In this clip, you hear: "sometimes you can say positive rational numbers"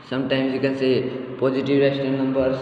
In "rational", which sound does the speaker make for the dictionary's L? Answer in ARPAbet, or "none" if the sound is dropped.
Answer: N